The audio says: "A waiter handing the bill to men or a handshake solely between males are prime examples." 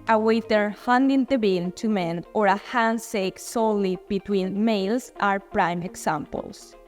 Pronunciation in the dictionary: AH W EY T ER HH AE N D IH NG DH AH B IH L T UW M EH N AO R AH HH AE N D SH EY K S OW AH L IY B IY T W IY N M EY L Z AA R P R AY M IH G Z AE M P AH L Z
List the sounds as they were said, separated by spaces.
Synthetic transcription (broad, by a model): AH W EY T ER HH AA N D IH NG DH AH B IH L T UW M EH N AO R AH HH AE N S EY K S OW L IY B IY T W IY N M EY L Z AA R P R AY M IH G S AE M P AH L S